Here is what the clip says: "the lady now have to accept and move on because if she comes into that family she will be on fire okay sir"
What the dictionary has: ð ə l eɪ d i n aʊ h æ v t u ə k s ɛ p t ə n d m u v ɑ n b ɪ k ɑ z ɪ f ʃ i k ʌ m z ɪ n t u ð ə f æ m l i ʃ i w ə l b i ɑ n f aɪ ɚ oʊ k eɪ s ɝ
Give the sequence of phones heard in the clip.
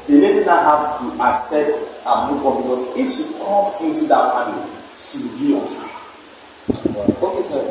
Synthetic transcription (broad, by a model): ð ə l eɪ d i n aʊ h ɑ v t u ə s ɛ t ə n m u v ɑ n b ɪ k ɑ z ɪ f ʃ i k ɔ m ɪ n t u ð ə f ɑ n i ʃ i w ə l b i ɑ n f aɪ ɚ oʊ k eɪ s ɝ